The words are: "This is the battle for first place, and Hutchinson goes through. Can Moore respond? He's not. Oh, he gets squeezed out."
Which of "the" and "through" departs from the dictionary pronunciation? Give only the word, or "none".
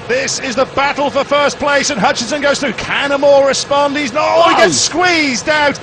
none